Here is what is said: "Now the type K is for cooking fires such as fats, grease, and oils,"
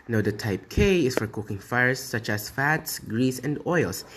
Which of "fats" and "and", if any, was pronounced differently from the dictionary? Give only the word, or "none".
none